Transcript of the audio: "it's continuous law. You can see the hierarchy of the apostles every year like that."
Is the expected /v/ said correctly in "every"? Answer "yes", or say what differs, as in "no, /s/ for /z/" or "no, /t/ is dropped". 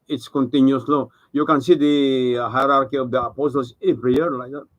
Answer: no, /p/ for /v/